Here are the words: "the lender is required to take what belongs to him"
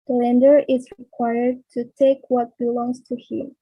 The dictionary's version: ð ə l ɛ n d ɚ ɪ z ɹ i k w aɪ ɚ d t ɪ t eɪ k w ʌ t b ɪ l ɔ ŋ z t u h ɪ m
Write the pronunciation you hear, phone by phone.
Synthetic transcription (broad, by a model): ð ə l ɛ n d ɚ ɪ z ɹ i k w aɪ ɚ d t ɪ t eɪ k w ʌ t b ɪ l ɔ ŋ z t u h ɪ m